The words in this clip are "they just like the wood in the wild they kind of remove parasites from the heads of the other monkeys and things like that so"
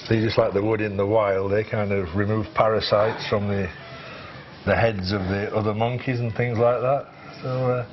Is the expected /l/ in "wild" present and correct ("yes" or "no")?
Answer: yes